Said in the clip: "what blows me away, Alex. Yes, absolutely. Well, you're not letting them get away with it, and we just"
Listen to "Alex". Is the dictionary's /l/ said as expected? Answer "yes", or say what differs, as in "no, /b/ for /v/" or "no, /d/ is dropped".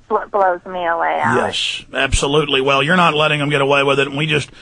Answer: no, /l/ is dropped